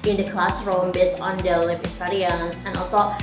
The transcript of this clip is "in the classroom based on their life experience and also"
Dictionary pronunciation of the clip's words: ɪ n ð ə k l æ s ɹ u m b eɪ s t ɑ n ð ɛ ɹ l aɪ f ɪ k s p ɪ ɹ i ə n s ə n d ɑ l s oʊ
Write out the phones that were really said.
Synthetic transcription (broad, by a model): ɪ n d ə k l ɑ s ɹ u m b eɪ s ɑ n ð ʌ l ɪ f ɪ s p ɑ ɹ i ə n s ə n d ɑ l s oʊ